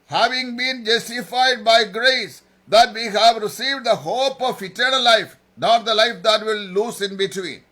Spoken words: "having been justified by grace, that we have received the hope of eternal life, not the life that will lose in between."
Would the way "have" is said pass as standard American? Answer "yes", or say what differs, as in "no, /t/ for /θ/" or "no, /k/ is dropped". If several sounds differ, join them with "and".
yes